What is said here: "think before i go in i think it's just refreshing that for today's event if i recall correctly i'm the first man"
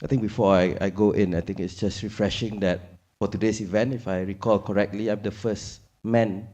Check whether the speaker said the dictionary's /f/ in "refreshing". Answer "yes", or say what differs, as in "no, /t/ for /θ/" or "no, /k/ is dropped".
yes